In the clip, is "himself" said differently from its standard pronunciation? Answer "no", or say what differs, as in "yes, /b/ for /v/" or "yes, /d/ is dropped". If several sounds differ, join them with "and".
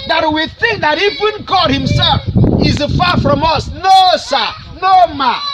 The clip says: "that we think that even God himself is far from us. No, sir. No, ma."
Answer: no